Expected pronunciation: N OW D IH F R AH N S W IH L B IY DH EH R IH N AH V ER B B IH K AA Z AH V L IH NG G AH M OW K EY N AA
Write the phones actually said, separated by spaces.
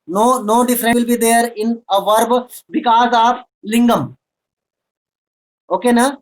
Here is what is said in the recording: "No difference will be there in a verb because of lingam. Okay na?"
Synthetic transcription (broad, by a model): N OW D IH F R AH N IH L B IY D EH R IH N AH V ER B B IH K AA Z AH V L IH NG G AH M OW K EY N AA